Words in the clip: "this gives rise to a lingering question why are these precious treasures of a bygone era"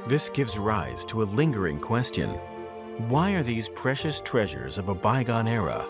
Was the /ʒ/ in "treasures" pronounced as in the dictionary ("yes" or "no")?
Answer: yes